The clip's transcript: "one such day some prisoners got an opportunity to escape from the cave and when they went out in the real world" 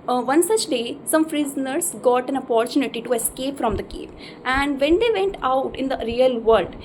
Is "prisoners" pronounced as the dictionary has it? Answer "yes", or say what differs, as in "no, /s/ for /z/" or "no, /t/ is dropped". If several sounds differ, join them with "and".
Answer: no, /f/ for /p/